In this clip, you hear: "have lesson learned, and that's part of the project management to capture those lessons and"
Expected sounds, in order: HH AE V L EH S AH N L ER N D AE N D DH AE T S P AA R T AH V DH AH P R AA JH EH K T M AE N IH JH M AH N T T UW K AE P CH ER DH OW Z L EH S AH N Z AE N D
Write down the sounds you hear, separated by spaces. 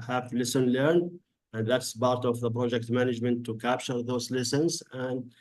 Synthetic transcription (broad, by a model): HH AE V L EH S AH N L ER N D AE N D DH AE T S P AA R T AH V DH AH P R AA JH EH K T M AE N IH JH M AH N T T UW K AE P CH ER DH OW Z L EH S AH N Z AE N D